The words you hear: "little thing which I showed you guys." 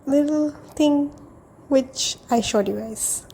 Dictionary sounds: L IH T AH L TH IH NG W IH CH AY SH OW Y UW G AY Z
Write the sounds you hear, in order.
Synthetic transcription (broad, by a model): L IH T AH L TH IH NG W IH CH AY SH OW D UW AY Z